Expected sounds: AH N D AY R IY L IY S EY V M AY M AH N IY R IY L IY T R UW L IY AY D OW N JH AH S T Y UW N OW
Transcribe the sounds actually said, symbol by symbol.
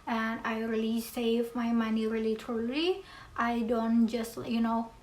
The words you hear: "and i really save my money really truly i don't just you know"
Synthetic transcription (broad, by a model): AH N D AY R IY L IY S EY V M AY M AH N IY R IY L IY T AH L IY AY D OW N JH AH S T Y UW N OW